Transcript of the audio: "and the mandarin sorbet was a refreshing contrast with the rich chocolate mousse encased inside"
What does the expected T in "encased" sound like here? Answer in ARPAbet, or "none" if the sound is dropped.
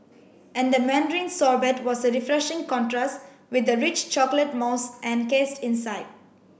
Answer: T